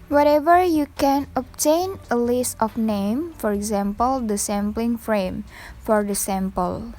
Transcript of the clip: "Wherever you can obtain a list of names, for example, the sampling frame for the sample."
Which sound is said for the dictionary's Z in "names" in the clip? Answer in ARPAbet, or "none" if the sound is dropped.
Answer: none